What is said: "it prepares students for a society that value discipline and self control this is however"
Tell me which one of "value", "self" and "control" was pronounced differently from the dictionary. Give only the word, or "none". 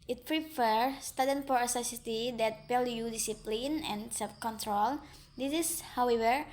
value